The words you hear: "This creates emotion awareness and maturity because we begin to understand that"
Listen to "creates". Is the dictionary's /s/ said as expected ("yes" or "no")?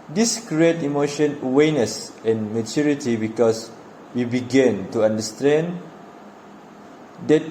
no